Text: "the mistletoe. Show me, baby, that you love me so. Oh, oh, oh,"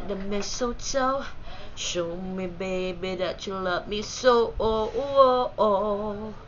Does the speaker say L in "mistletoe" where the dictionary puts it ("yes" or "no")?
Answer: no